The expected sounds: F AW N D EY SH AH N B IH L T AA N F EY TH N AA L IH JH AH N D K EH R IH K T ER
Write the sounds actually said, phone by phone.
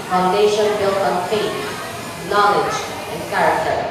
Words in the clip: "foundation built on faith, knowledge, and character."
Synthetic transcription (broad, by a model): F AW N D EY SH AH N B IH L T AA N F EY T N AA L IH JH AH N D K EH R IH K T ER